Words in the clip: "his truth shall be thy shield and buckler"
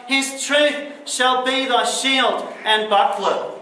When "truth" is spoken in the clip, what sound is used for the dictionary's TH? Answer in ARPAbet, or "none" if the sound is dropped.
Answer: TH